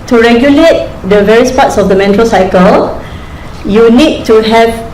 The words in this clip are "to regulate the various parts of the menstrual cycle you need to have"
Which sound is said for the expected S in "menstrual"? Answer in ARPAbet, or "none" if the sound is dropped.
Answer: none